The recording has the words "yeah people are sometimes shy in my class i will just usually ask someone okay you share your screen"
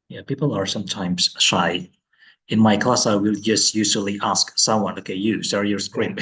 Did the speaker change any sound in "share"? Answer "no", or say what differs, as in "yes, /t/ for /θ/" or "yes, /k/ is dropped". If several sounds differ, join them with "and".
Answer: yes, /s/ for /ʃ/